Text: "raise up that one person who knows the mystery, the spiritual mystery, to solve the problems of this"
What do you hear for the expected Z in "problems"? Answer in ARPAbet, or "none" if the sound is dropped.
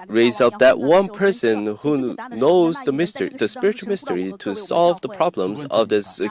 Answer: Z